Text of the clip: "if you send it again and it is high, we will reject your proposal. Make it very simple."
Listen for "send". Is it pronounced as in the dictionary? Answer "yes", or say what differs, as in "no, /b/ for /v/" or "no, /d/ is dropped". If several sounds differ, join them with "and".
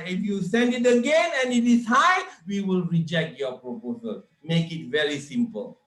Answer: yes